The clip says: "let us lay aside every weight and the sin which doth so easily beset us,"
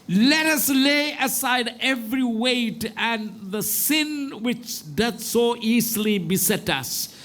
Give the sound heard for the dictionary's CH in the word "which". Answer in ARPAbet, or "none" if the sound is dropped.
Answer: CH